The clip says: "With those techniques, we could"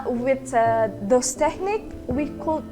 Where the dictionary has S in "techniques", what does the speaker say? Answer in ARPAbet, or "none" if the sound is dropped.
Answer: none